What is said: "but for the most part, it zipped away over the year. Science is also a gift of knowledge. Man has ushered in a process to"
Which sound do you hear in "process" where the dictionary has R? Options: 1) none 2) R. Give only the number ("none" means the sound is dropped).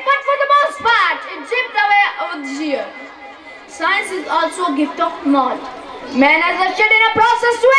2